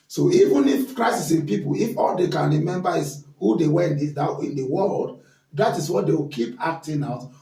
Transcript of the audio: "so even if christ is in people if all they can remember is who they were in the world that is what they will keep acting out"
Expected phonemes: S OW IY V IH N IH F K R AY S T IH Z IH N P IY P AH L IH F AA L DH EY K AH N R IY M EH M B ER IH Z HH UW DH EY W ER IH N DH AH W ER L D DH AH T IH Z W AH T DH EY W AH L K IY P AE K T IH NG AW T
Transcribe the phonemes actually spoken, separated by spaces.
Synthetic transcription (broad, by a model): S OW IY V IH N IH F K R AY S IH S IH N P IY P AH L IH F AA L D EY K AH N R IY M EH M B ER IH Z HH UW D EY W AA IH N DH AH W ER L D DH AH T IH S W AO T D EY W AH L K IY P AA K T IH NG AW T